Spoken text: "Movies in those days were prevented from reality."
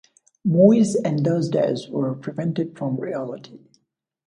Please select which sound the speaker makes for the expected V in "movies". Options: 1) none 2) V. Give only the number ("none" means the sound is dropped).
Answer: 1